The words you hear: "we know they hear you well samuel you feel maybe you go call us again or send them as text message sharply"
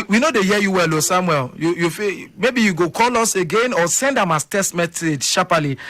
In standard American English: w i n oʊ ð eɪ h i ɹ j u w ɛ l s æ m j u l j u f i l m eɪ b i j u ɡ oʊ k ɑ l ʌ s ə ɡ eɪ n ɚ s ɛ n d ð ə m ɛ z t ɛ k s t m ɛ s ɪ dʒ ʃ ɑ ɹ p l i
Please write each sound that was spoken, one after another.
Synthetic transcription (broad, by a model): w i n oʊ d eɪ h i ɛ j u w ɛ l s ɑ m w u l j u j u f m eɪ b i j u ɡ oʊ k ɑ l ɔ s ə ɡ eɪ n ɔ s ɛ n d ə m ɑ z t ɛ s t m ɛ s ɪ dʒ ʃ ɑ p l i